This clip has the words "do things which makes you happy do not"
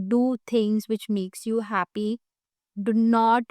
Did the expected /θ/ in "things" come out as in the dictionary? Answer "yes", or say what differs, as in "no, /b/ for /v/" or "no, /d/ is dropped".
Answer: no, /t/ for /θ/